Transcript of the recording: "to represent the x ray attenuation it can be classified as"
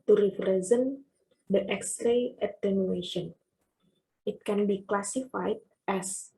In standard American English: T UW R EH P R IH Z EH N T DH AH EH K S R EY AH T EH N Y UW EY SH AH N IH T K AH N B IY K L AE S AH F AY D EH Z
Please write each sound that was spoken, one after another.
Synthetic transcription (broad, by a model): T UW R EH F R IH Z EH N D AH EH K S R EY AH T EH N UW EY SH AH N IH T K AH N B IY K L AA S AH F AY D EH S